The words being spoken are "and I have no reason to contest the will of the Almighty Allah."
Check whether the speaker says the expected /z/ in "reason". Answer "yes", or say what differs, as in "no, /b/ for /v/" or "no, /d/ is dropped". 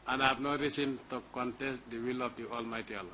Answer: no, /s/ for /z/